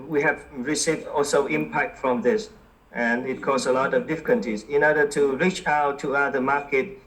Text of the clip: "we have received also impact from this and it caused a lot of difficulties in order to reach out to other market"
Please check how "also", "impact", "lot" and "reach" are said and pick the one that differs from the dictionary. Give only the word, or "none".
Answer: none